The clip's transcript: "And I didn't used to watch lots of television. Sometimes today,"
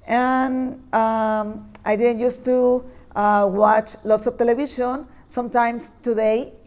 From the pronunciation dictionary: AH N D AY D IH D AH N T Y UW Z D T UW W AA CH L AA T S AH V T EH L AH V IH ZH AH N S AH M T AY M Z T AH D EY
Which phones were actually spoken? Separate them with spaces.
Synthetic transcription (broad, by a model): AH N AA AY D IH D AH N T Y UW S T UW W AA CH L AA T S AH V T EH L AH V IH SH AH N S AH M T AY M S T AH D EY